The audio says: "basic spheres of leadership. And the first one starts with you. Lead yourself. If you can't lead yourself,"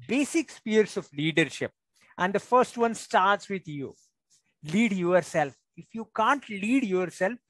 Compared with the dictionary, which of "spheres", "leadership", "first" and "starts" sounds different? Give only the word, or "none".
spheres